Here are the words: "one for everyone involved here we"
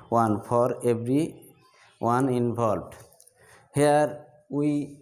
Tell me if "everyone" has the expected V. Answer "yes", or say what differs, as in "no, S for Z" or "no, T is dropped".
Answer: no, B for V